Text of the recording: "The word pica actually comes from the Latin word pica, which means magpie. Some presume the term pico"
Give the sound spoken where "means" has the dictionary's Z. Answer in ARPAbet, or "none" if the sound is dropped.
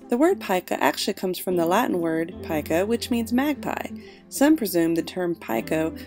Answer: Z